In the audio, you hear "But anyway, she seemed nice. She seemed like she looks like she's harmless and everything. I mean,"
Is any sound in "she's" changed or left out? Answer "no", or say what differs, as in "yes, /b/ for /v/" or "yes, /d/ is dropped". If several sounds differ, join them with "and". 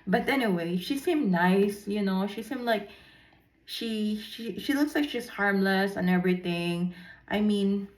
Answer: yes, /s/ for /z/